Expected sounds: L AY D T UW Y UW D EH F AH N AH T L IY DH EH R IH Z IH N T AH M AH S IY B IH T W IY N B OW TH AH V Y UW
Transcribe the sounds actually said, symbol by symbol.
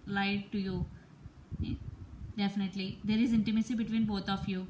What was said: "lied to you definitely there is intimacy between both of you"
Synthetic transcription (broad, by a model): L AY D T UW Y UW D EH F AH N AH T L IY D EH R IH Z IH N T AH M AH S IY B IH T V IY N B OW T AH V Y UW